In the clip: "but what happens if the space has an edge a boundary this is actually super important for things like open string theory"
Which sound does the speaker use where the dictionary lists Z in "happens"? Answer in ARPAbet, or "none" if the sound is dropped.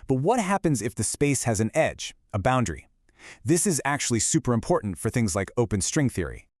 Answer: Z